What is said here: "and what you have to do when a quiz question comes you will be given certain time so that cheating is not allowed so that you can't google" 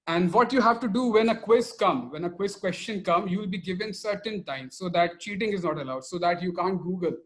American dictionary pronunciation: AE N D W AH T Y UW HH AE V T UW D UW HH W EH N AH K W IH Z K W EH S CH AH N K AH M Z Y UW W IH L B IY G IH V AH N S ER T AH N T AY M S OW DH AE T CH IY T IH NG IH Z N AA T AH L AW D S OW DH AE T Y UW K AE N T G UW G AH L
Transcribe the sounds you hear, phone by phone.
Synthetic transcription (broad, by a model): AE N D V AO T Y UW HH AE V T UW D UW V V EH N AH K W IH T K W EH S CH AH N K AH M Y UW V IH L B IY G IH V AH N S ER T AH N T AY M S OW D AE T CH IY T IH NG IH Z N AA T AH L AW D S OW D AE T Y UW K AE N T G UW G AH L